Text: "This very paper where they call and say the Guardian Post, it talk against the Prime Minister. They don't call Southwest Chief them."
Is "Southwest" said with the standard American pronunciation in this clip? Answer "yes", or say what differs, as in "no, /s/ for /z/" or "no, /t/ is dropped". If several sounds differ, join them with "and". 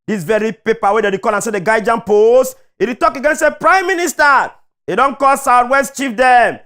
no, /t/ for /θ/